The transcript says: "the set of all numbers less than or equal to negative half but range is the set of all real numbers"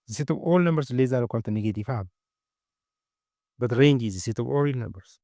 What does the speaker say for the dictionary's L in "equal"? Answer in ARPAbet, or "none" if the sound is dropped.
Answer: N